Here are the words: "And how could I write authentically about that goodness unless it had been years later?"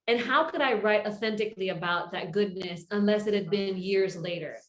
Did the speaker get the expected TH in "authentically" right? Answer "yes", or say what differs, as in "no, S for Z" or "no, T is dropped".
yes